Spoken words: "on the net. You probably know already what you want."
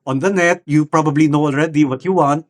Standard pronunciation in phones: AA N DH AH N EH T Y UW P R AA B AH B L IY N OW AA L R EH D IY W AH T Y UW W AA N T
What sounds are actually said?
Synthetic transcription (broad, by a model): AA N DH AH N EH T Y UW P R AA B AH B L IY N OW AA L R EH D IY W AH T Y UW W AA N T